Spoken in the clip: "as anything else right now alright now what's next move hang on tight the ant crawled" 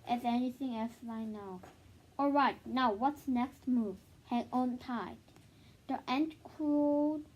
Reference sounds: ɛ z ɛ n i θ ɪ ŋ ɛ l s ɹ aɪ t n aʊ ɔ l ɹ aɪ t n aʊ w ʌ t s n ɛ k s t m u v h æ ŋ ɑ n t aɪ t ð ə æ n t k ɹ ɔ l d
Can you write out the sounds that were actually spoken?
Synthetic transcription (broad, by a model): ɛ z ɛ n i θ ɪ ŋ ɛ l s l aɪ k n aʊ ɔ l ɹ aɪ t n aʊ w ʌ t s n ɛ k s t m u v h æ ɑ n t aɪ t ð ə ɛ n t k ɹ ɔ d